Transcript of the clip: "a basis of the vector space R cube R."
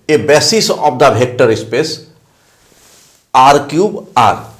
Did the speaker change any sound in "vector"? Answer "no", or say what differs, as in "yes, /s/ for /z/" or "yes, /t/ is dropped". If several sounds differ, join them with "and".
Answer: yes, /b/ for /v/